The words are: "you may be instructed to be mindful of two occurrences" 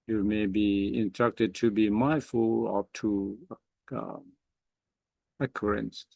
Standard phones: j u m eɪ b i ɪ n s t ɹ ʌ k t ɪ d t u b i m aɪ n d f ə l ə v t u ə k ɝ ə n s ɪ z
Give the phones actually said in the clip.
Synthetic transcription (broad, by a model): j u m eɪ b i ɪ n s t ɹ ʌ k t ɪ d t u b i m aɪ f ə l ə p t u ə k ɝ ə n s